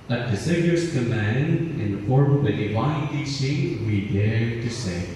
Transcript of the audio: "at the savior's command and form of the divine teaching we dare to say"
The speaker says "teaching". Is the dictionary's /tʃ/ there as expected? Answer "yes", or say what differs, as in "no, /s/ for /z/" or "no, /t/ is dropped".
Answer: no, /s/ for /tʃ/